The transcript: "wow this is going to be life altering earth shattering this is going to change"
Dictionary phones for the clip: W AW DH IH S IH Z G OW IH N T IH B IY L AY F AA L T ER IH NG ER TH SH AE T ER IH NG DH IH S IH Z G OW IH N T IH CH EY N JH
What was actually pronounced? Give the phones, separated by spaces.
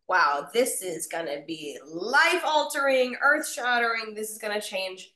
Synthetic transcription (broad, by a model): W AW DH IH S IH Z G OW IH N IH B IY L AY F AA L T ER IH NG ER TH SH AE T ER IH NG DH IH S IH Z G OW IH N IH CH EY N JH